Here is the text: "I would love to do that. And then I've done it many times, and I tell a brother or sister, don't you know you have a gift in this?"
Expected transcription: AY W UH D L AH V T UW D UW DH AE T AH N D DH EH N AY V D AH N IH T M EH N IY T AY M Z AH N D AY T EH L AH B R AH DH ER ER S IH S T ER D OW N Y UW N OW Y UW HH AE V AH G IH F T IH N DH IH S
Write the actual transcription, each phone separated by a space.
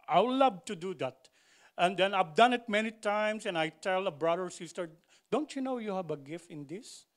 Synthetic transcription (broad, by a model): AY L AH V T UW D UW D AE T AH N D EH N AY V D AH N IH T M EH N IY T AY M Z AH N AY T EH L AH B R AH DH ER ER S IH S T ER D OW N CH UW N OW Y UW HH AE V AH G IH F T IH N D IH S